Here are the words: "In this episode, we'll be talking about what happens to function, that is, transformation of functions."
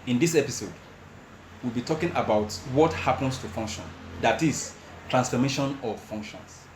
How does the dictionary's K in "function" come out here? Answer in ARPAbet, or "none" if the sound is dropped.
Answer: K